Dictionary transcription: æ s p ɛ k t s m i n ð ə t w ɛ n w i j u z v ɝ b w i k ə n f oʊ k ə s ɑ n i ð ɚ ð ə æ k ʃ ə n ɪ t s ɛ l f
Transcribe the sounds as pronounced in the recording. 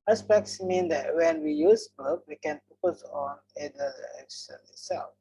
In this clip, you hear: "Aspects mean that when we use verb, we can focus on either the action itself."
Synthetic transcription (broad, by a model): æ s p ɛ k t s m i n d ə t w ɛ n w i j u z b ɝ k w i k ə n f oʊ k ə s ɑ n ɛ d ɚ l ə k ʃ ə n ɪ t s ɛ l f